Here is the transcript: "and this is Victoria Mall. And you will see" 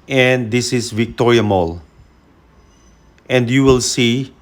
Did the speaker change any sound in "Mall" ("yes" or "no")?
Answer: no